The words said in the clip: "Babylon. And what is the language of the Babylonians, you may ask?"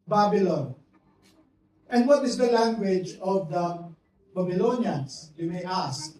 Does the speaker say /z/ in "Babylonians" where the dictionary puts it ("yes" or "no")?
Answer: no